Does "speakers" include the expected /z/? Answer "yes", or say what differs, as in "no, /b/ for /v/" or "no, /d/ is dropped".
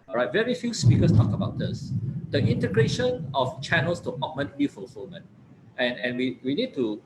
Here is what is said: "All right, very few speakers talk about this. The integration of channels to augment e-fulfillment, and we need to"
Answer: no, /s/ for /z/